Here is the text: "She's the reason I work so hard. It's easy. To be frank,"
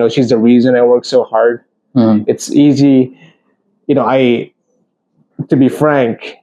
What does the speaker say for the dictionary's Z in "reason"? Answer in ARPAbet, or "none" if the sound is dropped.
Z